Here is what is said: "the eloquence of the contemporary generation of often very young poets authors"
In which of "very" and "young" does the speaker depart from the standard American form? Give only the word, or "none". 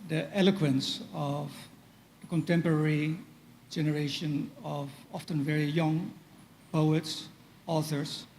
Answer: none